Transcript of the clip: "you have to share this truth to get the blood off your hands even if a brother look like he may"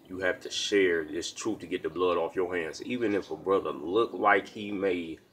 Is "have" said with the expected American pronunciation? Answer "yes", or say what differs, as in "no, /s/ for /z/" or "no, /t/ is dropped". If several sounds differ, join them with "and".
no, /f/ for /v/